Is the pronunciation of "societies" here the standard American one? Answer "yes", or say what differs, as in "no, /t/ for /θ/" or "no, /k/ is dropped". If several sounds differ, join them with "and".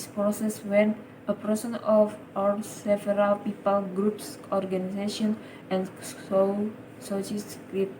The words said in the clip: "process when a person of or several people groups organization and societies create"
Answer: no, /s/ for /t/ and /s/ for /z/